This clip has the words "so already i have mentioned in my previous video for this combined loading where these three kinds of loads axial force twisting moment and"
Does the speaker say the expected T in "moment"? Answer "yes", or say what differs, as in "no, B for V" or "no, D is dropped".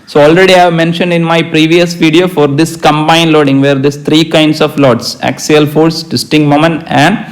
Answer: no, T is dropped